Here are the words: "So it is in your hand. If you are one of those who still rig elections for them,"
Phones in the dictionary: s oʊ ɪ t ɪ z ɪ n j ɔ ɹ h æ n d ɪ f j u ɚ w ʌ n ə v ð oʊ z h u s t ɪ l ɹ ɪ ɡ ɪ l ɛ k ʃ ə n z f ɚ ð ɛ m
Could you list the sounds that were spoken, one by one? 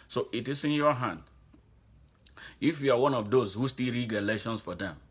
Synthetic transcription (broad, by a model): s oʊ ɪ t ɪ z ɪ n j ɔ h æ n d ɪ f j u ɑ w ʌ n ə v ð oʊ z h u s t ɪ l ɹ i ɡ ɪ l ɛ ʃ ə n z f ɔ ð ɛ m